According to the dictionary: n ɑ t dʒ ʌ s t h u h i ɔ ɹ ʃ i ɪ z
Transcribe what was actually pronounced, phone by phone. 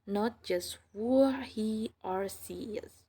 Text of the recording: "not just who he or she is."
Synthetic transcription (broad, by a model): n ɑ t dʒ ʌ s t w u h i ɔ ɹ s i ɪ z